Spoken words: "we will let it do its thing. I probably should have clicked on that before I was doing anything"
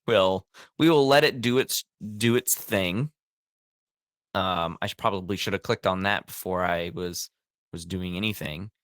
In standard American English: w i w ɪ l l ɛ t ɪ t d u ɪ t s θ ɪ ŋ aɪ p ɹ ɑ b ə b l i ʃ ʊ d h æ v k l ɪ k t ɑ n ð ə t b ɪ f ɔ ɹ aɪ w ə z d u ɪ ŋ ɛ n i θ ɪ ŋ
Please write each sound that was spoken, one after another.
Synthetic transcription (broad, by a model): w i w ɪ l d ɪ t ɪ t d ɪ ɪ t s θ ɪ ŋ aɪ p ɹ ɑ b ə b l i ʃ ʊ d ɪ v k l ɪ k t n ð ə t b ɪ f ɔ ɹ aɪ w ə z d u ɪ ŋ ɛ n i θ ɪ ŋ